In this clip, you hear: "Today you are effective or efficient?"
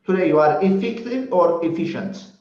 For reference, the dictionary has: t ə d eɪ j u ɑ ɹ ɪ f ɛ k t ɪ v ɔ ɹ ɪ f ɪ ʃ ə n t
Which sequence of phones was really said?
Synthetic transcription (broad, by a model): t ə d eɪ j u ɑ ɹ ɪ f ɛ k t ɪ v ɔ ɹ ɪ f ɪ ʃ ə n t